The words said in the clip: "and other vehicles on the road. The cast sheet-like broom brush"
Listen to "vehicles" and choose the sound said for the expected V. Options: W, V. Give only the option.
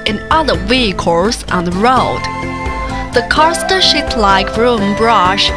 W